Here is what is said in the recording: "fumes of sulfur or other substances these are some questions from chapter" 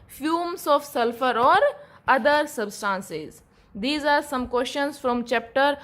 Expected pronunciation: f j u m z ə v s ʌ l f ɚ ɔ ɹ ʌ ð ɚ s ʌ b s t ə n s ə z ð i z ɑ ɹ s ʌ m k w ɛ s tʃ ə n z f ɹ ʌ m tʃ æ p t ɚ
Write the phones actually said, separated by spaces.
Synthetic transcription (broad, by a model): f j u m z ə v s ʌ l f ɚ ɔ ɹ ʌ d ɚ s ʌ b s t ə n s ə z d i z ɑ ɹ s ʌ m k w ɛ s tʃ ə n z f ɹ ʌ m tʃ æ p t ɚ